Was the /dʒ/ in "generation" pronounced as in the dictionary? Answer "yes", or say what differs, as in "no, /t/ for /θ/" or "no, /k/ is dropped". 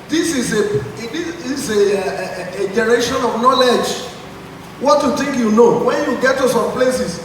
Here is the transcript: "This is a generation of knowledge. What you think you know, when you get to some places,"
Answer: no, /z/ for /dʒ/